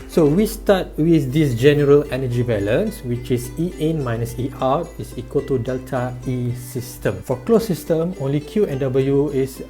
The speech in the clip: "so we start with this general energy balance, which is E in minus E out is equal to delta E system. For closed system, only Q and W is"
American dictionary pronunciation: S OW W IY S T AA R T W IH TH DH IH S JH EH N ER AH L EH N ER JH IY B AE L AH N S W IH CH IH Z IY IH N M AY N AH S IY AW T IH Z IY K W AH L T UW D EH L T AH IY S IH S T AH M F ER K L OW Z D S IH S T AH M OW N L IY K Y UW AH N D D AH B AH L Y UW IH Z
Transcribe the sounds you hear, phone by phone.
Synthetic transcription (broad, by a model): S OW W IY S T AA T W IH TH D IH S JH EH N ER AH L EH N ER JH IY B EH L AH N S W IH CH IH S IY IH N M AY N AH S IY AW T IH S IY K W AH L T UW D EH L T AH IY S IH S T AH M F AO K L OW S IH S T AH M OW N L IY K Y UW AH N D D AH B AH L Y UW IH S